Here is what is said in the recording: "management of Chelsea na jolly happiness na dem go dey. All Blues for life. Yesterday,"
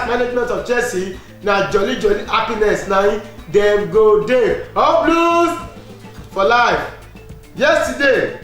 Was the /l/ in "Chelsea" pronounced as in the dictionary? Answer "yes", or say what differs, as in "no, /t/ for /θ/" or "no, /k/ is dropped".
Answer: no, /l/ is dropped